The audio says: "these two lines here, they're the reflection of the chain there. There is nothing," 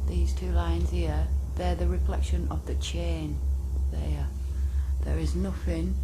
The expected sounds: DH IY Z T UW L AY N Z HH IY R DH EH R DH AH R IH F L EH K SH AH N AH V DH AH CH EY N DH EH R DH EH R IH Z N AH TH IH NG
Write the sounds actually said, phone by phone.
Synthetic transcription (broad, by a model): DH IY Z T UW L AY N Z HH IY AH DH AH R DH AH R IH F L EH K SH AH N AH V DH AH CH EY N DH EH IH DH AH R IH Z N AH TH IH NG